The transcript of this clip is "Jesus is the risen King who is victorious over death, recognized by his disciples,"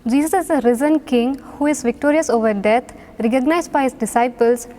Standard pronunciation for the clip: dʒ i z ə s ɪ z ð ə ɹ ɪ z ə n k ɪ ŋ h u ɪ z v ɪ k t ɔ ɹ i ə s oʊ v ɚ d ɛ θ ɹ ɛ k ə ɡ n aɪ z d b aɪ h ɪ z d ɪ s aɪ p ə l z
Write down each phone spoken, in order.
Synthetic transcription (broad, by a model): dʒ i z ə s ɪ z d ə ɹ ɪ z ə n k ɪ ŋ h u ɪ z v ɪ k t ɔ ɹ i ə s oʊ v ɚ d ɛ t ɹ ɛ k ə ɡ n aɪ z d b aɪ h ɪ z d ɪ s aɪ p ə l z